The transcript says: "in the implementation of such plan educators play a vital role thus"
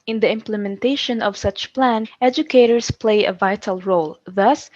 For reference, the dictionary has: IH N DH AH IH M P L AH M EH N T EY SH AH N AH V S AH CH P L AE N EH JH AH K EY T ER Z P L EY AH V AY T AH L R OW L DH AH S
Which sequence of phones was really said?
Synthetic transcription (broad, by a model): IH N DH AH IH M P L AH M EH N T EY SH AH N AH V S AH CH P L AE N EH JH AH K EY T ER S P L EY AH V AY T AH L R OW L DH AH S